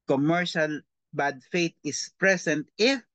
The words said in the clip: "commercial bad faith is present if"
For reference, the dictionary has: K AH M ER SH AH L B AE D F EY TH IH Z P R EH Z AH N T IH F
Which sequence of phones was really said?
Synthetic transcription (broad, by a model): K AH M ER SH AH L B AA D F EY T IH S P R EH S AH N T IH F